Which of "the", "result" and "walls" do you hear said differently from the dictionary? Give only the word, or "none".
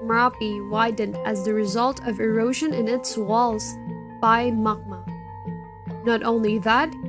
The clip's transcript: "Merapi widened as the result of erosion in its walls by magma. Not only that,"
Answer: none